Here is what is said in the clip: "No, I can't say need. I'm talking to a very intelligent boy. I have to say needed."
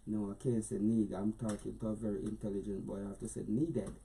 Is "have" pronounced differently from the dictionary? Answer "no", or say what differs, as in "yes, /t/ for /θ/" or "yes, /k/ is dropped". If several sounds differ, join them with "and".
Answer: yes, /f/ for /v/